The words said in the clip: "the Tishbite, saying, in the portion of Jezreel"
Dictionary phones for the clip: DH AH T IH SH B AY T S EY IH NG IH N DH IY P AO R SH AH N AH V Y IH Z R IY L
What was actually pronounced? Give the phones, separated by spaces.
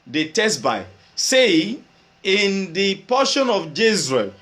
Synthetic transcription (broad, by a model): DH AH T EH S B AY S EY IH IH N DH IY P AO SH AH N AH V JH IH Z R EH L